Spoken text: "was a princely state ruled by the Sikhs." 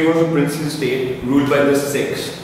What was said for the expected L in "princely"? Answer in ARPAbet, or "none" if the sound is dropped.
none